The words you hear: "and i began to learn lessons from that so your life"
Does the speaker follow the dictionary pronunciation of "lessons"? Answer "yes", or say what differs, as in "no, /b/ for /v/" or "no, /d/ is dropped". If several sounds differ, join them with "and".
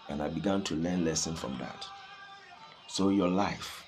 no, /z/ is dropped